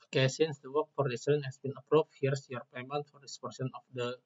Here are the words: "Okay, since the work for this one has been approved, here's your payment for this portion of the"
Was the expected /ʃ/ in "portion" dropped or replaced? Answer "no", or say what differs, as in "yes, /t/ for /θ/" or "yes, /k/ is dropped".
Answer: yes, /s/ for /ʃ/